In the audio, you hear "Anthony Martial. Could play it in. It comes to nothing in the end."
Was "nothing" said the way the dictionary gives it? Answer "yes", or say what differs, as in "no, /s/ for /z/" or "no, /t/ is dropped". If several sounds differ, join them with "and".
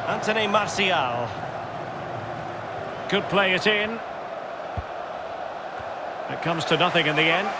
yes